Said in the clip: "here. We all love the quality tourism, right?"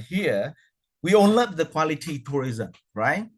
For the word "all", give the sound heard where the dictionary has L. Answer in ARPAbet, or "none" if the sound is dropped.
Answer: N